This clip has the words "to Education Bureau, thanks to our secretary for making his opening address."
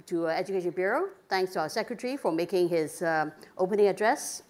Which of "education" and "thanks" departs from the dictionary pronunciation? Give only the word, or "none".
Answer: thanks